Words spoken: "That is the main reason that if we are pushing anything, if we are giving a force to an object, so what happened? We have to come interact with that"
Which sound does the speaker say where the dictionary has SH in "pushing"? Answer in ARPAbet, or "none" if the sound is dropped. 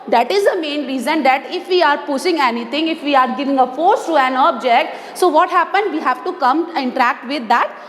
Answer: S